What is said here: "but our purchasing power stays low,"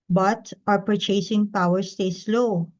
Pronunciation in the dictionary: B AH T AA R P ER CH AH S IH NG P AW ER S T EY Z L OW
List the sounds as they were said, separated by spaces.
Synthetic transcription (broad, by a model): B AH T AA R P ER CH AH S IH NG P AW ER S T EY S L OW